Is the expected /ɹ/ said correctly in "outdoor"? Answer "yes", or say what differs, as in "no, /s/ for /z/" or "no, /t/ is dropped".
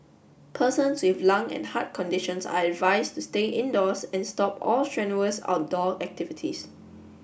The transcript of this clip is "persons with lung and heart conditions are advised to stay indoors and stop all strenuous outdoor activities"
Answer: no, /l/ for /ɹ/